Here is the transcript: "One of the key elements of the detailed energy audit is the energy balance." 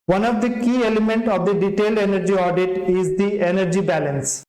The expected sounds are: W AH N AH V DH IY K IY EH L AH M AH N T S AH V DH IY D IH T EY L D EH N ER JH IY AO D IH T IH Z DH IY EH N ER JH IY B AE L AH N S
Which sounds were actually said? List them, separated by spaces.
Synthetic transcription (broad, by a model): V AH N AH V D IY K IY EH L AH M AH N T AH V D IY D IH T EY L D EH N ER JH IY AO D IH T IH Z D IY EH N ER JH IY B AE L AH N S